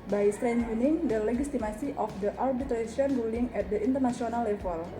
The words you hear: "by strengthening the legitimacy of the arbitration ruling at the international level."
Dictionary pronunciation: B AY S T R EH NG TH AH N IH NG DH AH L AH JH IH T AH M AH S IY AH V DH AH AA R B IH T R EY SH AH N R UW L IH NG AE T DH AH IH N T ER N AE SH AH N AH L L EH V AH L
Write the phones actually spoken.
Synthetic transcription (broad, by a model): B AY S T R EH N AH N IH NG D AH L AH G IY T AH M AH S IY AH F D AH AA R B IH T R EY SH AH N R UW L IH NG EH T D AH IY N T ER N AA S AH N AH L L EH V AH L